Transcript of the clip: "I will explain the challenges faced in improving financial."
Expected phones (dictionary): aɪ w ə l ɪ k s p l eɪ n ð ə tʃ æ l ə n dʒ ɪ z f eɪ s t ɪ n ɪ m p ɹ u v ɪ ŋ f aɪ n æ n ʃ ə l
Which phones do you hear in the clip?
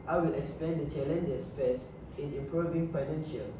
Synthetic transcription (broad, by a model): aɪ w ə l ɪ k s p l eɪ n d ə tʃ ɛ l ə n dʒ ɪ s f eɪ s ɪ n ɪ m p ɹ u v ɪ ŋ f aɪ n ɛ n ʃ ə l